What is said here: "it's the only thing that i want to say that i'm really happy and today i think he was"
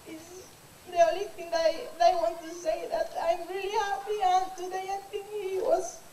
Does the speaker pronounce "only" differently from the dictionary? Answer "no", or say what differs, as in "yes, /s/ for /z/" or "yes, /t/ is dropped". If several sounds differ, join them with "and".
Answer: yes, /n/ is dropped